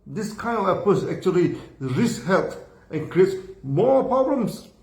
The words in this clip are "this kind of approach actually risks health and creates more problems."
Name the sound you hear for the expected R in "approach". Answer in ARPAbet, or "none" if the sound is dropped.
none